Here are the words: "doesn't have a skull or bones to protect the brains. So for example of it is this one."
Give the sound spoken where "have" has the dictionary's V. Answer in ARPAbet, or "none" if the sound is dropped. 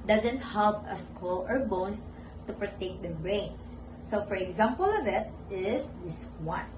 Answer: P